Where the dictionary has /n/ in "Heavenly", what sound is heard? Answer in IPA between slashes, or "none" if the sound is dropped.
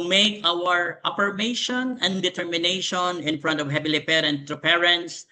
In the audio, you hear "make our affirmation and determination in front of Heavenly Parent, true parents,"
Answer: none